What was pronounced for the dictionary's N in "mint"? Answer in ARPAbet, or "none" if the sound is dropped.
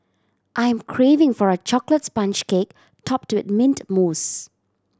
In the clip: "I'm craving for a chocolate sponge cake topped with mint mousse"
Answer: N